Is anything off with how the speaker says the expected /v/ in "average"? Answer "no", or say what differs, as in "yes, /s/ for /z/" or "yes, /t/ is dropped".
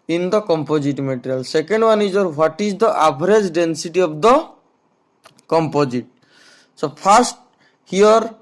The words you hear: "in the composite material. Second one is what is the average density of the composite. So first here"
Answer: yes, /p/ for /v/